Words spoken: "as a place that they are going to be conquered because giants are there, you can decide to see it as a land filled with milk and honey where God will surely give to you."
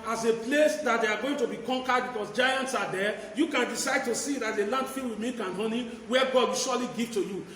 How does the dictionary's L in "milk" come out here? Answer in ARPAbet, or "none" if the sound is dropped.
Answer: none